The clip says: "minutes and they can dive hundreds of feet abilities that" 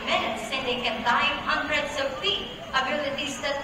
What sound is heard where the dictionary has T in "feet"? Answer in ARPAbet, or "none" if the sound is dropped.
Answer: none